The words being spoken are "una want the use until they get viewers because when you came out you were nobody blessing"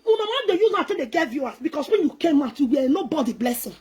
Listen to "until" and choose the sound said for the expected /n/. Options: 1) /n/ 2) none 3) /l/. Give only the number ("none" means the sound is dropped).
2